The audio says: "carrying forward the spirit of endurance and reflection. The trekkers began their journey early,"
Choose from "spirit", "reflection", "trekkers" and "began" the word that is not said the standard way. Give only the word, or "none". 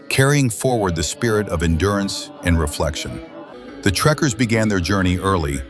none